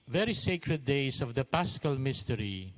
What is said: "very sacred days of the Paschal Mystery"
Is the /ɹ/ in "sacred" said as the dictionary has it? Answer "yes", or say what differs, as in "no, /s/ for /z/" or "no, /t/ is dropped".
yes